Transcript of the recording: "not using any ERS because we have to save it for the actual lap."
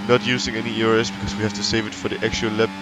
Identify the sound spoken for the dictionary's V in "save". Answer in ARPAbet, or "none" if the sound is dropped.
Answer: V